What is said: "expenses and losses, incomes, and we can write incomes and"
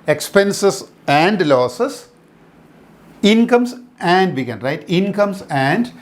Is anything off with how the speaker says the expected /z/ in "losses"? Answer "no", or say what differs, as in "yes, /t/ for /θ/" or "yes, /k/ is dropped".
yes, /s/ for /z/